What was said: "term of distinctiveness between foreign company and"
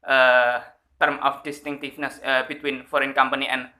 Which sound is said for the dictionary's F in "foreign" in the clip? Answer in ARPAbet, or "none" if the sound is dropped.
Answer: F